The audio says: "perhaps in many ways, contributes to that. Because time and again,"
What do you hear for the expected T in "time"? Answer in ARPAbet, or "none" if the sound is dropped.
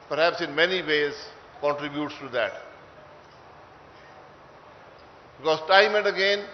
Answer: T